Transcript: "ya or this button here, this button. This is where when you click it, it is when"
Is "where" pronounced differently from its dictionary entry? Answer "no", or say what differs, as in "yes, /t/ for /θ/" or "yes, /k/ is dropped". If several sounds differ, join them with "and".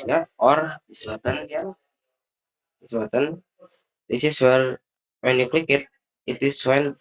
yes, /l/ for /ɹ/